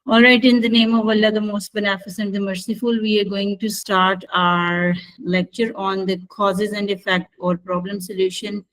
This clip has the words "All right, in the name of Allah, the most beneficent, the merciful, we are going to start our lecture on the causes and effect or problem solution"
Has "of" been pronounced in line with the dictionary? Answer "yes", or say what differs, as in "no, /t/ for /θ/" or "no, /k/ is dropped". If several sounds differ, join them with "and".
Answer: yes